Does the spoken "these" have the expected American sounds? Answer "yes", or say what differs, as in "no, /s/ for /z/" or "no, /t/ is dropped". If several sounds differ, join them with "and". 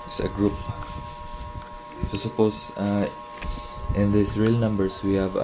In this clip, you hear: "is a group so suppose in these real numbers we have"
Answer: no, /s/ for /z/